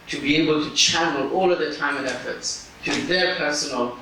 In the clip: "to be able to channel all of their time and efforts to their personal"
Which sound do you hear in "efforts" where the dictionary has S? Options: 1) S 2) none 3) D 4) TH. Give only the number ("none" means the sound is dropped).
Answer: 1